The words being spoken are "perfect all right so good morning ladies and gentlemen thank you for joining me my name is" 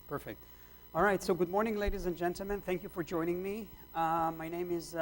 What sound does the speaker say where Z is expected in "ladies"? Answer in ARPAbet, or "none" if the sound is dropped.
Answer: Z